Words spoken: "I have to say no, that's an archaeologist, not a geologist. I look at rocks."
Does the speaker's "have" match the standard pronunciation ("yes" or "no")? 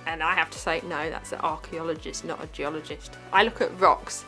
no